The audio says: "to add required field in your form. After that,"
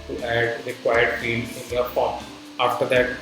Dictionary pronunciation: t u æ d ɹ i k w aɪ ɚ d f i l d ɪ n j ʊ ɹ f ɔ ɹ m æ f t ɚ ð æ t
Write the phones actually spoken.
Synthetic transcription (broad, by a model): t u æ d ɹ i k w aɪ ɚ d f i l ɪ n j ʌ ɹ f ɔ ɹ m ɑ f t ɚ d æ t